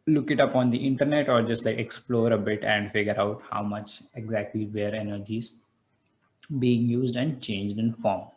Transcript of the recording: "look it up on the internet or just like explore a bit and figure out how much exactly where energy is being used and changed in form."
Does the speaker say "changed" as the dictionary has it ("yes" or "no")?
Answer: yes